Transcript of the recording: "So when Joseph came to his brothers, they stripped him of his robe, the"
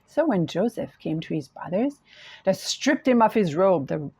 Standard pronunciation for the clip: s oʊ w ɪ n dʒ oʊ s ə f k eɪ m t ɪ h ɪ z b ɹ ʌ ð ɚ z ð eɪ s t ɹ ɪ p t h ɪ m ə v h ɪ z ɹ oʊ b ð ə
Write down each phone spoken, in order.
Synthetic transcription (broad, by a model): s oʊ w ɪ n dʒ oʊ s ə f k eɪ m t ɪ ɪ z b ɹ ʌ ð ɚ z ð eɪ s t ɹ ɪ p t h ɪ m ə f h ɪ z ɹ oʊ b ð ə